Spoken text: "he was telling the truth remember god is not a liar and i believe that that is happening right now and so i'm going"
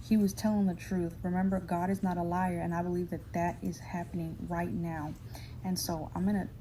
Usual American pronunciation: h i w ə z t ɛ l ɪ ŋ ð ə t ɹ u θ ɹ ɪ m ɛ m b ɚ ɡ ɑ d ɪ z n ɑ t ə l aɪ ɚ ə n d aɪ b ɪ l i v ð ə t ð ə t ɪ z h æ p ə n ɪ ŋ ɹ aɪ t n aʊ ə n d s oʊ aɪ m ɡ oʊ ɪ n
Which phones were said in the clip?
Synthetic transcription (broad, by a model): h i w ə z t ɛ l ɪ ŋ ð ə t ɹ u θ ɹ ɪ m ɛ m b ɚ ɡ ɑ d ɪ z n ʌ t ə l aɪ ɚ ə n aɪ b ɪ l i v ð ə t ð ə t ɪ z h æ p ə n ɪ ŋ ɹ aɪ t n aʊ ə n s oʊ aɪ m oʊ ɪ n